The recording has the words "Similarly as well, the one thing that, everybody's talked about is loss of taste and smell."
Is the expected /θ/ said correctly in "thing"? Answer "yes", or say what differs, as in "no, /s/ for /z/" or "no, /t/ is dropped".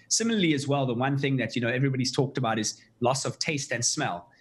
yes